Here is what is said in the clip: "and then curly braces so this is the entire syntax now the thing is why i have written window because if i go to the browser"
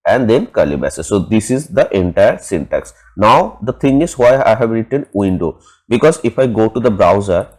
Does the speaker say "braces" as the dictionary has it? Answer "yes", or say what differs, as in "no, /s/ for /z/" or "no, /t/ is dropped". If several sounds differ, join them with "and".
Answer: no, /ɹ/ is dropped